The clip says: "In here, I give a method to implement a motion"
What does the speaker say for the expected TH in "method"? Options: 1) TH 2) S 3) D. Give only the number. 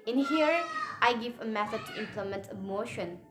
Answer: 2